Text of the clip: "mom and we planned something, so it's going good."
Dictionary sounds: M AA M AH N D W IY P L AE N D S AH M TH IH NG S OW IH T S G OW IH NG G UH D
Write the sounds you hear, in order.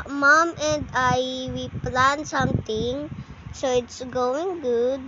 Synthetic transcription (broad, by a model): M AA M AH N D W IY P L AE N S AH M T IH NG S OW IH T S G OW IH NG G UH D